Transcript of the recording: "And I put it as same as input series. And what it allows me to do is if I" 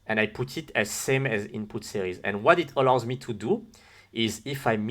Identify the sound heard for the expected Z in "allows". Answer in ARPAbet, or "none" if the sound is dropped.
Z